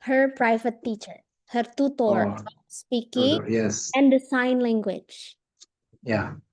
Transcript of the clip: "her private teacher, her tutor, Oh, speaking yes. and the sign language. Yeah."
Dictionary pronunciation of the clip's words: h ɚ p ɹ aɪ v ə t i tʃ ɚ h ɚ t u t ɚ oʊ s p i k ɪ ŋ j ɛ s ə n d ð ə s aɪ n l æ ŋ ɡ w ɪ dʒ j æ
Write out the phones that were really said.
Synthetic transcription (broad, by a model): h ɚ p ɹ aɪ v ə t i tʃ ɚ h ɚ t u t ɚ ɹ s p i k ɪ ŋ j ɛ s ə n d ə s aɪ n l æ ŋ ɡ w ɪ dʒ j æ